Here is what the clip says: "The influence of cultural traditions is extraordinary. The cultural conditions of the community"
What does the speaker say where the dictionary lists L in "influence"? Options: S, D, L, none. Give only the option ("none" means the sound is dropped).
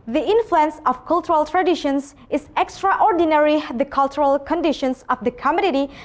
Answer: L